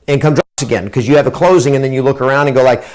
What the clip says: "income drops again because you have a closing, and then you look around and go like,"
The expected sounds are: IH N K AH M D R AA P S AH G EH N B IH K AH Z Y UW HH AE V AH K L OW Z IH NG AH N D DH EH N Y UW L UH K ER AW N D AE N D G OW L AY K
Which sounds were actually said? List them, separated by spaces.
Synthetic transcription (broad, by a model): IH N K AH M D R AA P S AH G EH N K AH Z Y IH V AH K L OW Z IH NG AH N DH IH N Y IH L UH K ER AW N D N G OW L AY K